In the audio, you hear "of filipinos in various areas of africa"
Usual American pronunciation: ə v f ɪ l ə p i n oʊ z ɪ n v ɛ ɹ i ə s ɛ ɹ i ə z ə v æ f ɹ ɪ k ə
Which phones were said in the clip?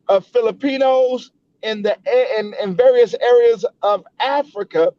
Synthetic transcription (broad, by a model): ə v f ɪ l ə p i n oʊ z ɪ n v ɛ ɹ i ə s ɛ ɹ i ə z ə v æ f ɹ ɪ k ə